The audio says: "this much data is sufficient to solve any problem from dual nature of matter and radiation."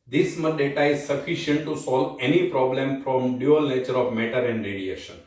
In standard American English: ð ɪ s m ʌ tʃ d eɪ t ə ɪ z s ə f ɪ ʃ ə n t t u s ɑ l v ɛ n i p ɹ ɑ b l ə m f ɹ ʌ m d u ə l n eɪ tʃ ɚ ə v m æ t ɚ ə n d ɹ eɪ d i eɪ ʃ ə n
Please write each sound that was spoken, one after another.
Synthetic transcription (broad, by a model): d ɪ s m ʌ d eɪ t ə ɪ z s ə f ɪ ʃ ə n t t u s ɑ l v ɛ n i p ɹ ɑ b l ə m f ɹ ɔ m d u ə l n eɪ tʃ ɚ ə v m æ t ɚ ə n d ɹ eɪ d i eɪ ʃ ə n